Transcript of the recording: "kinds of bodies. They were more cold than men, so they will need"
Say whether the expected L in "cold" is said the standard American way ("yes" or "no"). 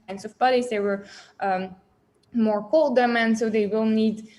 yes